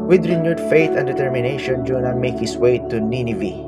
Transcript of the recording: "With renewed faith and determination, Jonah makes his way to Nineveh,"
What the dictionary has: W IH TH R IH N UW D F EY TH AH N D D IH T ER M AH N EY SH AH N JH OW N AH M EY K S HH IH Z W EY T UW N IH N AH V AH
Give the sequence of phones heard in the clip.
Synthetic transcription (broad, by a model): W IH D R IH N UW D F EY T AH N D D IH T ER M AH N EY SH AH N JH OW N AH M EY K HH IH S W EY T UW N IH N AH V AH